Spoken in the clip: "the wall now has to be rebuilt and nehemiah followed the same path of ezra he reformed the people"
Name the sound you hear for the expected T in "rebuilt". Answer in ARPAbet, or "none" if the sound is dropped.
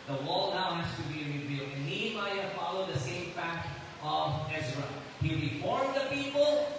none